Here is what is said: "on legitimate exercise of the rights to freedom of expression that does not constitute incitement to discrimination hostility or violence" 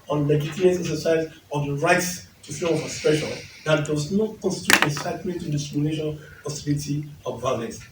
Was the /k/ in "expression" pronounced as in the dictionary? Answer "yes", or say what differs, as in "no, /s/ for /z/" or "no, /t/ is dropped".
no, /k/ is dropped